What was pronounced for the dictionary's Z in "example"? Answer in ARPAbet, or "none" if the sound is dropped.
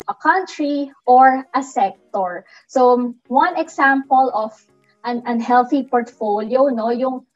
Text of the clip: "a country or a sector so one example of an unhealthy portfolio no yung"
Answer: S